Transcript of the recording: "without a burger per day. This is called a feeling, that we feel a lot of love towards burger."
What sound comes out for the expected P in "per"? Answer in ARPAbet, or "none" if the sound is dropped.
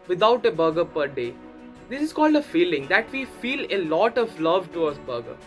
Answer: P